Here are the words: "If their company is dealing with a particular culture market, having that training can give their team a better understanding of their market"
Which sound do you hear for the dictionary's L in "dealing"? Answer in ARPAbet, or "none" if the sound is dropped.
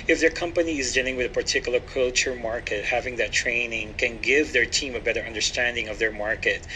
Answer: L